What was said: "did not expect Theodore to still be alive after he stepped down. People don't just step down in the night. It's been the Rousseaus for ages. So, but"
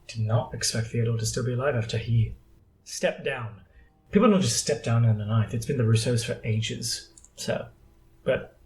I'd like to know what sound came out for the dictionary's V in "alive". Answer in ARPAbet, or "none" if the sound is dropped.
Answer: V